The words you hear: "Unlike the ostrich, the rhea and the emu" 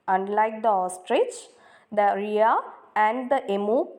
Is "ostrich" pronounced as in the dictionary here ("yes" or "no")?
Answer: yes